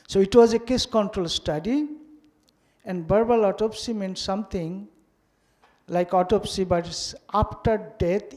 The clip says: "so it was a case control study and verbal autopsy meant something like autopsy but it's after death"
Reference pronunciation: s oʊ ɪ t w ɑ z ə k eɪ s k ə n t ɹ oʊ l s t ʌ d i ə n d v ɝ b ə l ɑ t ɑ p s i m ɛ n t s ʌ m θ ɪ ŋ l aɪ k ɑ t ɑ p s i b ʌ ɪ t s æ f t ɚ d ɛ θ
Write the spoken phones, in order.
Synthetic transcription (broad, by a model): s oʊ ɪ t w ɑ z ə k eɪ s k ə n t ɹ oʊ l s t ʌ d i ə n d b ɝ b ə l ɑ t ɑ p s i m ɛ n t s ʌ m t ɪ ŋ l aɪ k ɑ t ɑ p s i b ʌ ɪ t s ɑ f t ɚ d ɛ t